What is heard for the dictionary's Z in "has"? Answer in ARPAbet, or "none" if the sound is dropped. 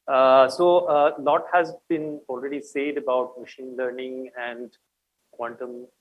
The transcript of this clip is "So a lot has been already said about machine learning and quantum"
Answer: Z